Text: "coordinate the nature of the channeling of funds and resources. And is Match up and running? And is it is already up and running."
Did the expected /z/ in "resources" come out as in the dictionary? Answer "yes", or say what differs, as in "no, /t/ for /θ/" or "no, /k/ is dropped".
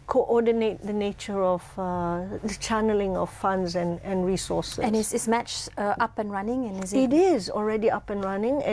no, /z/ is dropped